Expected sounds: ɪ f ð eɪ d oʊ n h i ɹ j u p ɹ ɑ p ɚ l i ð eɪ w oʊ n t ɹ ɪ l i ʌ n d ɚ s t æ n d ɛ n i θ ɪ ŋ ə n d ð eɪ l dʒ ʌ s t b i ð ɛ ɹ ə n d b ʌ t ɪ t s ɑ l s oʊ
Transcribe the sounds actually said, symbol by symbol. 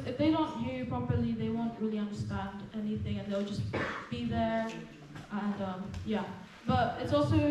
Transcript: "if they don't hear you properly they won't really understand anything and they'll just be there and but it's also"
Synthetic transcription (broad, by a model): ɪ f ð eɪ d oʊ n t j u p ɹ ɑ p ɚ l i ð eɪ w oʊ n t ɹ ɪ l i ʌ n d ɚ s t æ n d ɛ n i θ ɪ ŋ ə n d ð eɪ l dʒ ʌ s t b i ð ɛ ɹ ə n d b ʌ t ɪ t s ɑ l s oʊ